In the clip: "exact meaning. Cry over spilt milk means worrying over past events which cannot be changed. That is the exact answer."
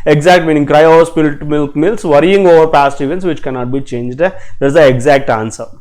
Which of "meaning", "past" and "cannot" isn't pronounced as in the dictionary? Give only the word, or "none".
none